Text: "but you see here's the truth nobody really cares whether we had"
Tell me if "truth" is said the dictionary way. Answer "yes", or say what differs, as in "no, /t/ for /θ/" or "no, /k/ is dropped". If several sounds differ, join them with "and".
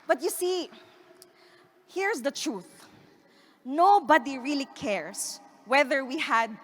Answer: yes